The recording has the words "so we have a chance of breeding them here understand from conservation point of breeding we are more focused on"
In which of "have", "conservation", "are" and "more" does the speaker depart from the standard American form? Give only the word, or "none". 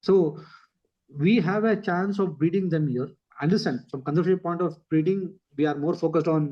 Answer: conservation